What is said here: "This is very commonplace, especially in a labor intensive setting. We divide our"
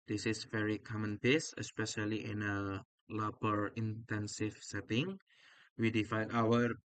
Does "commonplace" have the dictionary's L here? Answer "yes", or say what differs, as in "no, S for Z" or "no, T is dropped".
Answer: no, L is dropped